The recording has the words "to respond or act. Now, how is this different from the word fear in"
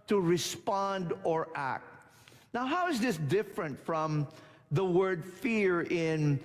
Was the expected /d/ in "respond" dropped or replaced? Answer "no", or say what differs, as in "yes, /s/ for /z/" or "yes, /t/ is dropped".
no